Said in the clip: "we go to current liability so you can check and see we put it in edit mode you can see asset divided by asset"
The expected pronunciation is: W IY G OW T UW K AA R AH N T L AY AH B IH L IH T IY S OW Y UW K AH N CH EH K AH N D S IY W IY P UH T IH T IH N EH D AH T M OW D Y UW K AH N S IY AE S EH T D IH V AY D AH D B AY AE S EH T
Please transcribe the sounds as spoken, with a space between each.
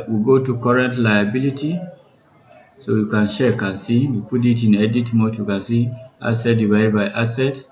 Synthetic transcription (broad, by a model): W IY G OW T UW K AA R AH N T L AY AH B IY L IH T IY S OW Y UW K AH N SH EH K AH N S IY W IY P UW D IH T IH N EH D AH T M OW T Y UW K AH N S IY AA S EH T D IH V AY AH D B AY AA S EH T